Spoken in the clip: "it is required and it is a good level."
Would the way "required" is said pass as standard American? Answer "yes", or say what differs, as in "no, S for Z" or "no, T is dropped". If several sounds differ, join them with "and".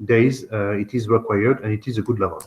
yes